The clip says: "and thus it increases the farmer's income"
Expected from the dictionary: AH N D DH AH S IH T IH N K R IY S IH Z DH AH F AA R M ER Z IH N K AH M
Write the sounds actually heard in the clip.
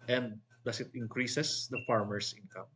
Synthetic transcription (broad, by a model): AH N D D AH S IH T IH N K R IY S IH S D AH F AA R M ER S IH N K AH M